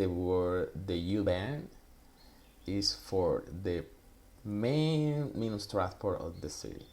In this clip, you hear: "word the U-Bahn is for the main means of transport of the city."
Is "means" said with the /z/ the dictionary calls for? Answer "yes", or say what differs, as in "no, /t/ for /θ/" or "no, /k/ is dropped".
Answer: no, /z/ is dropped